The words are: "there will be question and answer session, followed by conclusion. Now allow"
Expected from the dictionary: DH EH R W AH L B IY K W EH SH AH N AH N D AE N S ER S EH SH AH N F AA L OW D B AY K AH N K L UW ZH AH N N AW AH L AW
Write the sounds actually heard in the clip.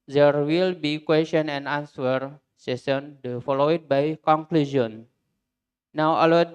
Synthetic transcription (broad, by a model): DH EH R W AH L B IY K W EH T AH N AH N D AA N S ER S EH S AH N F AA L OW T B AY K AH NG K L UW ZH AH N N AW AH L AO